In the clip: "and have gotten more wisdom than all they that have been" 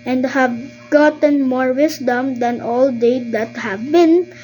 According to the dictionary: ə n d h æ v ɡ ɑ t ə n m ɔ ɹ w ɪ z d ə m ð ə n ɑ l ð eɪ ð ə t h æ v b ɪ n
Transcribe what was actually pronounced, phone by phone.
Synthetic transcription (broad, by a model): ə n d h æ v ɡ ɑ t ə n m ɔ ɹ w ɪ s d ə m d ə n ɑ l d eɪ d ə t h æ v b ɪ n